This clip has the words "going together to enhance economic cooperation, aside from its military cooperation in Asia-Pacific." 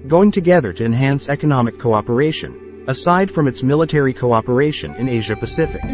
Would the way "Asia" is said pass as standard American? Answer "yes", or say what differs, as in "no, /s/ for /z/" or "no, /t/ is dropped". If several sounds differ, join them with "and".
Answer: yes